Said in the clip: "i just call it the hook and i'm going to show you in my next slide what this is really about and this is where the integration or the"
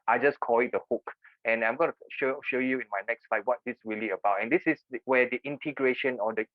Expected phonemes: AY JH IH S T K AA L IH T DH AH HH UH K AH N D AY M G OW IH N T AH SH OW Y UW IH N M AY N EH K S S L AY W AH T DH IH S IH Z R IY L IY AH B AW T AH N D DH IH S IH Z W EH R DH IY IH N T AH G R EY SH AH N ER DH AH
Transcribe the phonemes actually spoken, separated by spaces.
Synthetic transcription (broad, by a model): AY JH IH S K AA L IH T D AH HH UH K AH N AY M G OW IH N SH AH SH OW Y UW IH N M AY N EH K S S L AY W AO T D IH S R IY L IY AH B AW T AH N D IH S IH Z W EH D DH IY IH N T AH G R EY SH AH N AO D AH